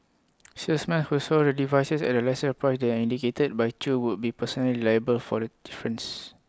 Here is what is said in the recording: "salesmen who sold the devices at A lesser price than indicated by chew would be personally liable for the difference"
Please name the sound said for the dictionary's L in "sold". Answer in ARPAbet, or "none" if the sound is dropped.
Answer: none